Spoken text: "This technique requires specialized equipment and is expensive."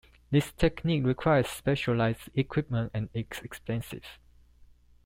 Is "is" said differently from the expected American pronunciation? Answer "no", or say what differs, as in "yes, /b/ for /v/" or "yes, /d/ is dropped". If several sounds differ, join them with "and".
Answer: yes, /s/ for /z/